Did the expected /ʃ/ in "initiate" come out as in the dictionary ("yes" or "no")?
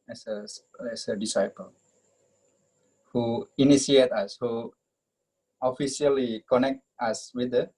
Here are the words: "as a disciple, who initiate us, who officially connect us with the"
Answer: no